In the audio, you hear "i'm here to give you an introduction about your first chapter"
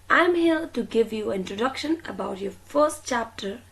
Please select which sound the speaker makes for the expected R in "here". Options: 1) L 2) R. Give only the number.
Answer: 1